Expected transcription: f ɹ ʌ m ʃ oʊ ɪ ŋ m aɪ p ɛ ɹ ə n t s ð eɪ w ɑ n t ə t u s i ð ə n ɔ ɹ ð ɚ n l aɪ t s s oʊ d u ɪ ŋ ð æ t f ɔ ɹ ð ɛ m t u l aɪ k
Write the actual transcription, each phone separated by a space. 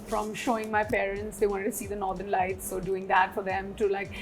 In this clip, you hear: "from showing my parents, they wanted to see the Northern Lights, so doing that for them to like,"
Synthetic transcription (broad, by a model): f ɹ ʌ m ʃ oʊ ɪ ŋ m aɪ p ɛ ɹ ə n t s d eɪ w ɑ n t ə t u s i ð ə n ɔ ɹ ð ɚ n l aɪ t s s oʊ d u ɪ ŋ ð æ t f ɔ ɹ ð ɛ m t u l aɪ k